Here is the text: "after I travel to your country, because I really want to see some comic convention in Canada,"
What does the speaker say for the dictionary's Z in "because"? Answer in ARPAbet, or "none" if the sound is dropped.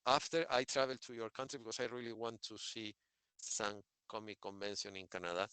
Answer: S